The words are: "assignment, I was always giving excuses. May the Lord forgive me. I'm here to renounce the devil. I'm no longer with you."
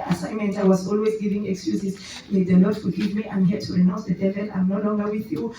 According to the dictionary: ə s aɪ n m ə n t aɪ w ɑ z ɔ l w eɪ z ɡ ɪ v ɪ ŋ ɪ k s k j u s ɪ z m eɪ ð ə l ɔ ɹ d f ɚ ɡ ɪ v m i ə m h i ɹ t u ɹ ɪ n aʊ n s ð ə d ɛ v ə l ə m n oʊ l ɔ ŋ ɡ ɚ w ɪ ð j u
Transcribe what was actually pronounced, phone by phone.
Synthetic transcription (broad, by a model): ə s aɪ n m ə n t aɪ w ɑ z ɔ l w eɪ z ɡ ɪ v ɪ ŋ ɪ k s k j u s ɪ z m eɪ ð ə l ɔ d f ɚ ɡ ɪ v m i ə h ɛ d t u ɹ ɪ n aʊ n s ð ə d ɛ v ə n ə m n oʊ l ɔ ŋ ɡ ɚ w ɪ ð j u